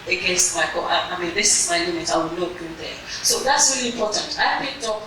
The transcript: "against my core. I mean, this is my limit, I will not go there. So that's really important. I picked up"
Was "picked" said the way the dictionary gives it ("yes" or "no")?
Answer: no